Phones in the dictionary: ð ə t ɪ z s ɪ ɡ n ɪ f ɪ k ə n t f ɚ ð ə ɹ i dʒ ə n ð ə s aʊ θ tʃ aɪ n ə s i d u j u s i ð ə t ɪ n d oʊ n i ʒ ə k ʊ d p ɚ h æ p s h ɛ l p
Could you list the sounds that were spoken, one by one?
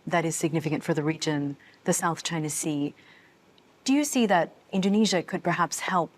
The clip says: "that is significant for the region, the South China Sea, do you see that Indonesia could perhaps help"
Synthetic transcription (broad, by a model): ð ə t ɪ z s ɪ ɡ n ɪ f ɪ k ə n t f ɚ ð ə ɹ i dʒ ə n ð ə s aʊ θ tʃ aɪ n ə s i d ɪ j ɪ s i ð ə t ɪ n d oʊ n i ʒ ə k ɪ d p ɚ h æ p s h ɛ l p